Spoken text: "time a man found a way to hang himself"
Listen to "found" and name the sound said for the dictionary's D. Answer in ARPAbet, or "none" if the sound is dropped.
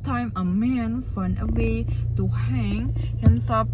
none